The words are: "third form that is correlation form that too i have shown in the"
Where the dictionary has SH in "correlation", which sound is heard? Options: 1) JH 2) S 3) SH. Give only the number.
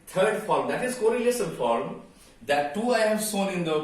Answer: 2